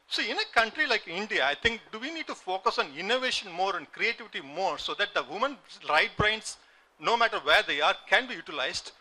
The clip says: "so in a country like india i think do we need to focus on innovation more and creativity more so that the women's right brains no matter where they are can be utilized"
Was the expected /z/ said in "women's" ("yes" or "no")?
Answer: no